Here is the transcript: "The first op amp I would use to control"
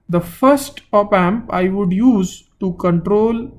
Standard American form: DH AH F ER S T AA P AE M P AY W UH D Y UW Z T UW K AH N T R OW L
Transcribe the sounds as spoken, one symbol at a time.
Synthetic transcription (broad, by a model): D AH F ER S T AA P AE M P AY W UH D Y UW Z T UW K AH N T R OW L